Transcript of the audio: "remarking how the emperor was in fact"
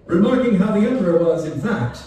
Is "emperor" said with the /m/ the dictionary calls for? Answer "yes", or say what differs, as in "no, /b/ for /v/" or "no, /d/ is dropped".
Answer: no, /m/ is dropped